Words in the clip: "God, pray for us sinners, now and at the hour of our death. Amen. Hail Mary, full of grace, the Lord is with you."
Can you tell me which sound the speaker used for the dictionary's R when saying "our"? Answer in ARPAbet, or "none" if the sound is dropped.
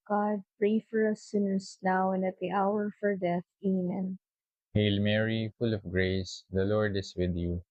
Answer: R